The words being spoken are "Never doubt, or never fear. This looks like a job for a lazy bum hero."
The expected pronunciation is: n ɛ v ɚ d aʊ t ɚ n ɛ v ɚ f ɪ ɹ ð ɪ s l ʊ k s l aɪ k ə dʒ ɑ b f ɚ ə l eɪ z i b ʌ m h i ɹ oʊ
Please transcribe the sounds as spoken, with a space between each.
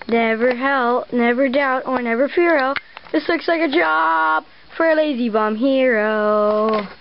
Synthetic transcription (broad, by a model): n ɛ v ɚ d aʊ t ɚ n ɛ v ɚ f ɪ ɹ ð ɪ s l ʊ k s l aɪ k ə dʒ ɑ b f ɚ ə l eɪ z i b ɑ m h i ɹ oʊ